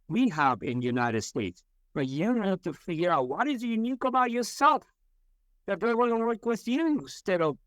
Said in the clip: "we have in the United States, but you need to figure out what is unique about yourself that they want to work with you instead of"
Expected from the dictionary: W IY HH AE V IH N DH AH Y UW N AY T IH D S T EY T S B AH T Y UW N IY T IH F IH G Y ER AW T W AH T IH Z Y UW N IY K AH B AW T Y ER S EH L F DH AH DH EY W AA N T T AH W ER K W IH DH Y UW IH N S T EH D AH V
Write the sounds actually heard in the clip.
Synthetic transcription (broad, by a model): W IY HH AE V IH N Y UW N AY T IH D S T EY T S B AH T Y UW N T IH F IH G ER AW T W AH T IH Z Y UW N IY K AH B AW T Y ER S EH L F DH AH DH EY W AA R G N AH W ER K W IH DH Y UW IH S T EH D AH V